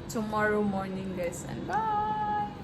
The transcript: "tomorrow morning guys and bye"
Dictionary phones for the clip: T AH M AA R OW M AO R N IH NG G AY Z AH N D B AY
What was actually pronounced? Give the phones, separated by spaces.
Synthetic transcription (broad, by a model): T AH M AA R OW M AO R N IH NG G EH S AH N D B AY